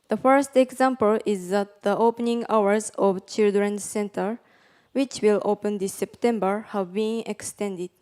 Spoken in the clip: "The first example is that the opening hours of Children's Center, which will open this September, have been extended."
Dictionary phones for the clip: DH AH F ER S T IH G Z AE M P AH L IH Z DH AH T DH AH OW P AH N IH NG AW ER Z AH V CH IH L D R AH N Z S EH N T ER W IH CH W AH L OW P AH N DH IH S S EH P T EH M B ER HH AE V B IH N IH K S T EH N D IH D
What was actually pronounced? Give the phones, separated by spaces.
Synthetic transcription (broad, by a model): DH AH F ER S T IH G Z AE M P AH L IH Z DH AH T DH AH OW P AH N IH NG AW ER Z AH V CH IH L D R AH N S EH N T ER W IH CH W AH L OW P AH N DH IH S S EH P T EH M B ER HH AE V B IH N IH K S T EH N D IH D